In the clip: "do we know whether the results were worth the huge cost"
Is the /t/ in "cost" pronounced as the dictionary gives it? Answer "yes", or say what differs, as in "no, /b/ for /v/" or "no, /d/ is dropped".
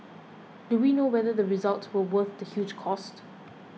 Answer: yes